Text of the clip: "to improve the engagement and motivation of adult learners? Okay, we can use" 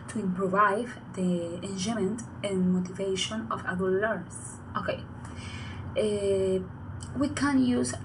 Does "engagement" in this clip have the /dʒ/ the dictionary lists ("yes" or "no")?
no